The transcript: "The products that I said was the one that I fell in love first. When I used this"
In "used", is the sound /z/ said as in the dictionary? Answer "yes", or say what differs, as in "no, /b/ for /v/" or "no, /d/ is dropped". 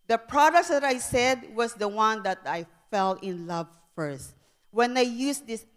no, /s/ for /z/